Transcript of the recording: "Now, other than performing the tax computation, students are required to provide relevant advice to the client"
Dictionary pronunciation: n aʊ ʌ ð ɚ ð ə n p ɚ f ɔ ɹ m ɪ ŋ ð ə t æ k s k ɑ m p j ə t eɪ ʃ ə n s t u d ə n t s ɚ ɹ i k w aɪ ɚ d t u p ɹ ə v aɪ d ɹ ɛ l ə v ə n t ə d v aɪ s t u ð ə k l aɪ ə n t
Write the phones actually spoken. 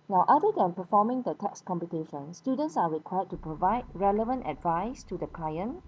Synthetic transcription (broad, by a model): n aʊ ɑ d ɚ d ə n p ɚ f ɔ m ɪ ŋ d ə t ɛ k s k ɑ m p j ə t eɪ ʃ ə n s t u d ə n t s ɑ ɹ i k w aɪ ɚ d t u p ɹ ə v aɪ d ɹ ɛ l ə v ə n t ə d v aɪ s t u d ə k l aɪ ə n